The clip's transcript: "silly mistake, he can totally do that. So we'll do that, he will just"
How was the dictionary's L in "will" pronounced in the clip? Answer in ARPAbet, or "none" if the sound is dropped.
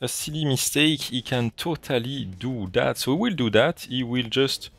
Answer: L